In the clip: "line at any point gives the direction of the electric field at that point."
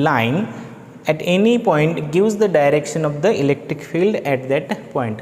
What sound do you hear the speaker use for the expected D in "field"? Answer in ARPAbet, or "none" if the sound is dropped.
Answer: D